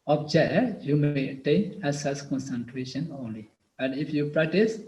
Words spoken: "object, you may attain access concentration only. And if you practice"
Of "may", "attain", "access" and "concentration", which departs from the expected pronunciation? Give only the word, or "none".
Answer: access